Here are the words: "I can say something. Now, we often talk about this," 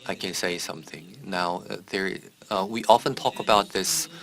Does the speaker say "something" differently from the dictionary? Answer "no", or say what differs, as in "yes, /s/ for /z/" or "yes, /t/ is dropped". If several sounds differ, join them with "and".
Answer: no